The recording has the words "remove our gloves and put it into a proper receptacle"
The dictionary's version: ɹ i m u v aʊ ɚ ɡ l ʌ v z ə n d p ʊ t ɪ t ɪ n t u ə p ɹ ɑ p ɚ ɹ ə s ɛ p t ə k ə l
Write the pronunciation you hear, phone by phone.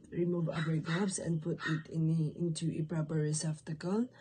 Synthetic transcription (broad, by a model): ɹ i m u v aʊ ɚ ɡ ʌ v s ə n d p ʊ t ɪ t ɪ n t u ə p ɹ ɑ p ɚ ɹ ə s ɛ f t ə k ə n